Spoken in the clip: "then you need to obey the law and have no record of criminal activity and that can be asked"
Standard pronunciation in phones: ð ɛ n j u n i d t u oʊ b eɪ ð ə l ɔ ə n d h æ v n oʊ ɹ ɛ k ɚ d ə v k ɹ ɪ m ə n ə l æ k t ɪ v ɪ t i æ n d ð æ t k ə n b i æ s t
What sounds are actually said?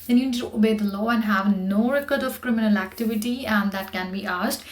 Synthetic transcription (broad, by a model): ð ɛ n j u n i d t u oʊ b eɪ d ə l ɔ ə n d h æ v n oʊ ɹ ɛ k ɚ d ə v k ɹ ɪ m ə n ə l æ k t ɪ v ɪ t i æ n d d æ t k ə n b i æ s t